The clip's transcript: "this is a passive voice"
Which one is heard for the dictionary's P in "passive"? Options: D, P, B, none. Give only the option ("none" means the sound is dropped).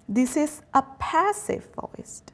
P